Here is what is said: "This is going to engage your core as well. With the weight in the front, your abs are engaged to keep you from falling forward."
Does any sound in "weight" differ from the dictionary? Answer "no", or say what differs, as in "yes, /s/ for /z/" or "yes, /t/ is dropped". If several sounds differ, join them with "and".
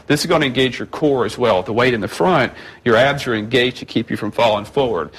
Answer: no